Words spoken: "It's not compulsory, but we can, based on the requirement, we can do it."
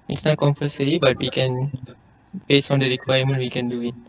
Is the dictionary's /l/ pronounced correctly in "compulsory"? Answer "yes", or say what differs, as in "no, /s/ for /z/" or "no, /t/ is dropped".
no, /l/ is dropped